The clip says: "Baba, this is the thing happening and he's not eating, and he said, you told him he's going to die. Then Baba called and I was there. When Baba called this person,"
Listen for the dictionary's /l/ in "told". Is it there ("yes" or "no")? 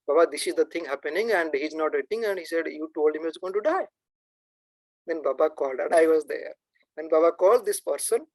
yes